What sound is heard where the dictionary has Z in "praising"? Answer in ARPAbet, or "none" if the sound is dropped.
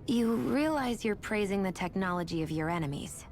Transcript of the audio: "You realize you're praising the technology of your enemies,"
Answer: Z